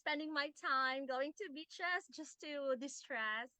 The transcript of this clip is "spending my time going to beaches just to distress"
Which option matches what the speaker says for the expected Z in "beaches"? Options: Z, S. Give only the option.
S